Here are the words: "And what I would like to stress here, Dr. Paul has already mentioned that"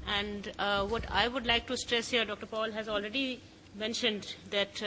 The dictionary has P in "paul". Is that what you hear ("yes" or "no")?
yes